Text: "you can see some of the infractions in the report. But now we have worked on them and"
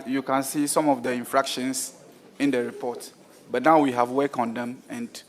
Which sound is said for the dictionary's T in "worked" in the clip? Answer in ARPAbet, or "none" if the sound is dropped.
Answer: none